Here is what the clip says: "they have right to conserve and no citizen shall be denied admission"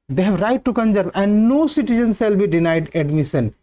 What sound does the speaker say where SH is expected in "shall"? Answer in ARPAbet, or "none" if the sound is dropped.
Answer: S